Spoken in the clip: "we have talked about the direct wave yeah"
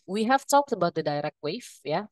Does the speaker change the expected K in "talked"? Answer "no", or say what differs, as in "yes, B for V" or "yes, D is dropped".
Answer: no